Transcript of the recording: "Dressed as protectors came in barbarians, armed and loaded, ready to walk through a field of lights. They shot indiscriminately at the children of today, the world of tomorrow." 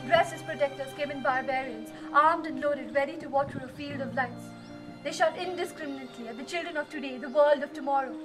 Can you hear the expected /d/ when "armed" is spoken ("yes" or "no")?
yes